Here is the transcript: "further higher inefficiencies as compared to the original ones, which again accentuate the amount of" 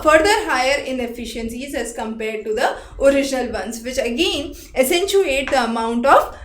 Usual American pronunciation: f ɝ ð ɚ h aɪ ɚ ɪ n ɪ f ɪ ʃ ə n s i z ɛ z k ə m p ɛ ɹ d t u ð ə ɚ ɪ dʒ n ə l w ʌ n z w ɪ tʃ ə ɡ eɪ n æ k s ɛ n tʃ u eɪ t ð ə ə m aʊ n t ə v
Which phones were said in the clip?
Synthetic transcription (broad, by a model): f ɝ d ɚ h aɪ ɚ ɪ n ɪ f ɪ ʃ ə n s i z ɛ z k ə m p ɛ ɹ d t u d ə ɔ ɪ dʒ n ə l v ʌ n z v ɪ tʃ ə ɡ eɪ n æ s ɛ n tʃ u eɪ t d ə ə m aʊ n t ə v